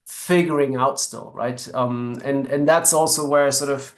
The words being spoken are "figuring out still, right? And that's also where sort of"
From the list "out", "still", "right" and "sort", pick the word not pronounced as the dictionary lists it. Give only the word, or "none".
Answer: none